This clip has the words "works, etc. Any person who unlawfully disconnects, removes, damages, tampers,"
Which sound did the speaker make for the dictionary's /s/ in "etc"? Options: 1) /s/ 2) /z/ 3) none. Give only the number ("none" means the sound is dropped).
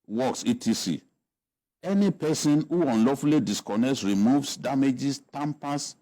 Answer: 3